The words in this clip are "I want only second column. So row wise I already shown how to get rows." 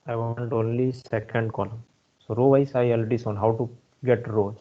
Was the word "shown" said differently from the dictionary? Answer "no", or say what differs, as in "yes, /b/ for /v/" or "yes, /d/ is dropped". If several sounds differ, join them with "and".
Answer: yes, /s/ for /ʃ/